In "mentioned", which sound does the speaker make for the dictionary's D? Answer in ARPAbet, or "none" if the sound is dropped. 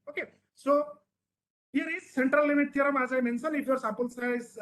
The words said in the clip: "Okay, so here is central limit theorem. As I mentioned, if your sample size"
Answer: none